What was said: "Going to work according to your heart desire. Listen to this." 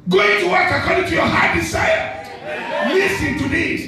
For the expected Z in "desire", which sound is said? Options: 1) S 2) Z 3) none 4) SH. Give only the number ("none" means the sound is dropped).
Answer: 1